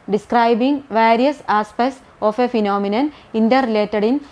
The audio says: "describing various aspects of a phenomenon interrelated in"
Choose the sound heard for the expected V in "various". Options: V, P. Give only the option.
V